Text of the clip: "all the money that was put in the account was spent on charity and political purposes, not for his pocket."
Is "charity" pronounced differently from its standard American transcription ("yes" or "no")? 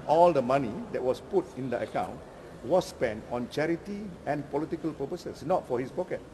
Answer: no